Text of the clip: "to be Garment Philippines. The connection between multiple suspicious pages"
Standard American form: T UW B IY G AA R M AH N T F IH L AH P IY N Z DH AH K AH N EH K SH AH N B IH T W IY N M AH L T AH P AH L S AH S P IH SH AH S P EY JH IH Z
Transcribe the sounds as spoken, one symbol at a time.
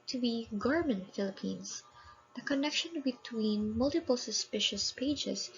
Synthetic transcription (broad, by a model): T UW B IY G AA R M AH N T F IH L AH P IY N S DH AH K AH N EH K SH AH N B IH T W IY N M AH L T AH P AH L S AH S P IH SH AH S P EY JH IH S